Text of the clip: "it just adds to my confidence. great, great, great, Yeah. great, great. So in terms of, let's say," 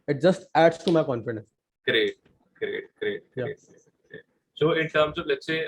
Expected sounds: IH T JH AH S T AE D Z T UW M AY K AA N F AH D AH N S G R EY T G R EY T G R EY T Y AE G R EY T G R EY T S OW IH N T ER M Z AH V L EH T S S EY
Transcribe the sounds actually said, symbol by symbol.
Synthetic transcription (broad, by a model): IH T JH AH S T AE D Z T UW M AY K AA N F AH D AH N S G R EY T G R EY T G R EY T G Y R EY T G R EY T S OW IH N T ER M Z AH P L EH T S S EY